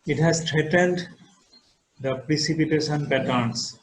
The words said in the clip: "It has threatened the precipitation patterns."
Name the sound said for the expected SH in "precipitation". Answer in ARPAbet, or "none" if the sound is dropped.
S